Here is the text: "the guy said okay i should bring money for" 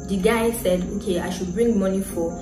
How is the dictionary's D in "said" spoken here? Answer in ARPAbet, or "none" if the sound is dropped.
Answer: D